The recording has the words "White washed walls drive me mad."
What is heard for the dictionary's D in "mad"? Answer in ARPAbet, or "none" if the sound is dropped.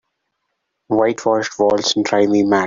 none